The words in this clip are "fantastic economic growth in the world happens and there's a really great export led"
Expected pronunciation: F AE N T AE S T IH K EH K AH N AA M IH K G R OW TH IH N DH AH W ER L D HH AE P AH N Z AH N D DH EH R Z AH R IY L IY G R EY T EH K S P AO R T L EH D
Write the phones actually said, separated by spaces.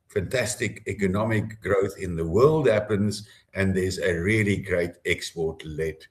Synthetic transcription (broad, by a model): F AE N T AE S T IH K EH K AH N AA M IH K G R OW TH IH N DH AH W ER L D HH AE P AH N Z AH N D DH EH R Z AH R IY L IY G R EY T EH K S P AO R T L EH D